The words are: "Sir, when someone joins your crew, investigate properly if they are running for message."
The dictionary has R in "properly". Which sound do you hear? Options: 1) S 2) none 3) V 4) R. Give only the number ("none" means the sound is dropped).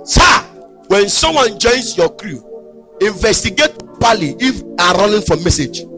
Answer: 2